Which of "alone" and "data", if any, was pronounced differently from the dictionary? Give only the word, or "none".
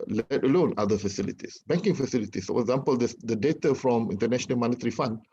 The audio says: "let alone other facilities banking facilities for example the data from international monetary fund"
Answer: none